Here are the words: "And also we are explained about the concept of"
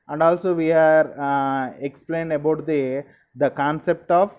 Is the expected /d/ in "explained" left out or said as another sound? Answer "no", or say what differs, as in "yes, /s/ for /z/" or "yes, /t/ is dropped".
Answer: no